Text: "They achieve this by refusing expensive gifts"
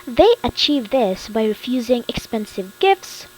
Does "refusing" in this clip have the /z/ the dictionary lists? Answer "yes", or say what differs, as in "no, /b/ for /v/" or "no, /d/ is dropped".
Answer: yes